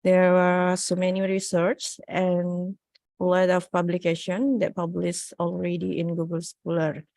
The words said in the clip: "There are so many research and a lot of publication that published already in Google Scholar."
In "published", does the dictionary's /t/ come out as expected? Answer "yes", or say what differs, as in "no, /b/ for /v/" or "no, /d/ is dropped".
no, /t/ is dropped